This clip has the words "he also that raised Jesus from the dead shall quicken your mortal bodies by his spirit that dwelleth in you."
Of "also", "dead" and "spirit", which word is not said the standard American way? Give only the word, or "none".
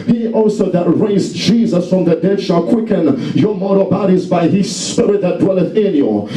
none